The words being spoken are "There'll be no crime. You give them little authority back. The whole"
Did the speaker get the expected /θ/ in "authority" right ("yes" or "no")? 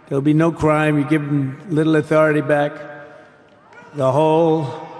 yes